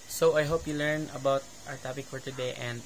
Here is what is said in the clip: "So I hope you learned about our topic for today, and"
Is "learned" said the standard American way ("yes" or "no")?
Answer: no